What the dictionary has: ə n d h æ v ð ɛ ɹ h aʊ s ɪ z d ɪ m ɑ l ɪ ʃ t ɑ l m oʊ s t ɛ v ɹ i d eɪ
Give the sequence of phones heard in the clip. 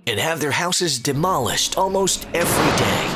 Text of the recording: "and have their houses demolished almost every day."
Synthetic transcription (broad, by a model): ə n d h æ v ð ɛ ɹ h aʊ s ɪ z d ɪ m ɑ l ɪ ʃ t ɑ l m oʊ s t ɛ v ɹ i d eɪ